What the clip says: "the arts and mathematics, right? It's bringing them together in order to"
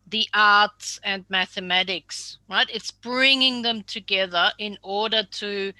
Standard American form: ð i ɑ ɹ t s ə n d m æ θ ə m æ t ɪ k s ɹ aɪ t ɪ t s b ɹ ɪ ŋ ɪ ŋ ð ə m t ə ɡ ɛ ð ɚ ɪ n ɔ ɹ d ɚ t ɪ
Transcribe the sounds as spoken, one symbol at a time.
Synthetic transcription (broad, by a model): ð i ɑ ɹ t s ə n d m æ θ ə m æ t ɪ k s ɹ aɪ t ɪ t s b ɹ ɪ ŋ ɪ ŋ ð ə m t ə ɡ ɛ ð ɚ ɪ n ɔ ɹ d ɚ t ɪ